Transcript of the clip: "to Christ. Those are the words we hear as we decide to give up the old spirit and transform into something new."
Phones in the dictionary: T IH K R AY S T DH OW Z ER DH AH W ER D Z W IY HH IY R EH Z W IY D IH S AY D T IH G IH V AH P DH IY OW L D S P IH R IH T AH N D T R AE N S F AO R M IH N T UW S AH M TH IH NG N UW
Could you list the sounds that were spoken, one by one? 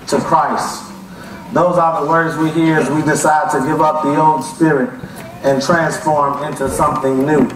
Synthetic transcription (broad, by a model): T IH K R AY S T DH OW Z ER DH AH W ER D Z W IY HH IY R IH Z W IY D IH S AY D T IH G IH V AH P DH IY OW N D S P IH R IH T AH N T R AE N S F AO R M IH N T UW S AH M TH IH NG N UW